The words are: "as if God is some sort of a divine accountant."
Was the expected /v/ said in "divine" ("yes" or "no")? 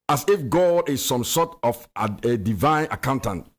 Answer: yes